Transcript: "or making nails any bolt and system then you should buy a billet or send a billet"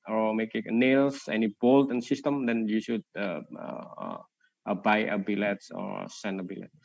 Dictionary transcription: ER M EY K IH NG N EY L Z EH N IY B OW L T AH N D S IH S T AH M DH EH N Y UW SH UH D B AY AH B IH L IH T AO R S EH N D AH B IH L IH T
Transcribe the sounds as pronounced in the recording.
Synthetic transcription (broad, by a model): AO M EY K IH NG N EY L S EH N IY B OW L T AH N S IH S T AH M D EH N Y UW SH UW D B AY AH B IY L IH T AO R S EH N AH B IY L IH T